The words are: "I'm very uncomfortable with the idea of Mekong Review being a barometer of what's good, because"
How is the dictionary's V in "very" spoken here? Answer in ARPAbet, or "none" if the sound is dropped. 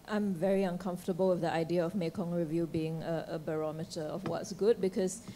V